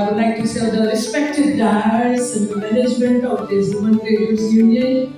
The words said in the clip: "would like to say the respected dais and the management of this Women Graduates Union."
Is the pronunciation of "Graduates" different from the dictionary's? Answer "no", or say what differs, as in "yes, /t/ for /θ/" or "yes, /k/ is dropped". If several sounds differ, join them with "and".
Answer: yes, /dʒ/ is dropped